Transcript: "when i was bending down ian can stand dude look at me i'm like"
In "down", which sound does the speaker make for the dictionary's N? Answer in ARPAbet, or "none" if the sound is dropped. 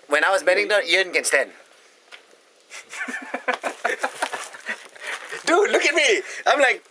none